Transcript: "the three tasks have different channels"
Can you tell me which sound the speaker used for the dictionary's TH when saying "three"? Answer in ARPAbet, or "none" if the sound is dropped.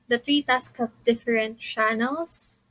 T